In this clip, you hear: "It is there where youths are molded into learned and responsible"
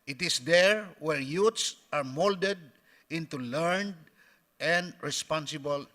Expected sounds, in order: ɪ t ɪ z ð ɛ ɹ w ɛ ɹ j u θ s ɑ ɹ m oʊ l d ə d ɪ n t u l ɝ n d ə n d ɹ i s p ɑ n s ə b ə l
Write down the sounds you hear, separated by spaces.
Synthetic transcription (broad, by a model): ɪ t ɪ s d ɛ ɹ w ɛ ɹ j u t s ɑ ɹ m oʊ l d ə d ɪ n t u l ɝ n d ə n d ɹ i s p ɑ n s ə b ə l